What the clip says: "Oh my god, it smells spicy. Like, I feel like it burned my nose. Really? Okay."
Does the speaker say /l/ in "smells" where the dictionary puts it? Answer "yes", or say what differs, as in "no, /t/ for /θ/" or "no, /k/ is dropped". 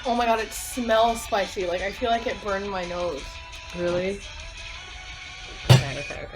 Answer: yes